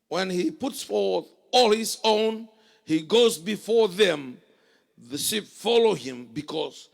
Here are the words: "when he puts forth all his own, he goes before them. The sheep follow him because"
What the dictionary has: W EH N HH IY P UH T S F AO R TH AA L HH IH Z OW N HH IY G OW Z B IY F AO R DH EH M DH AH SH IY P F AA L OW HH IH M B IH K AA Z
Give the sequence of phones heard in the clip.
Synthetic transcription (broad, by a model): W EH N HH IY P UH T S F AO R TH AA L HH IH Z OW N HH IY G OW Z B IY F AO R DH EH M DH AH SH IY P F AA L OW HH IH M B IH K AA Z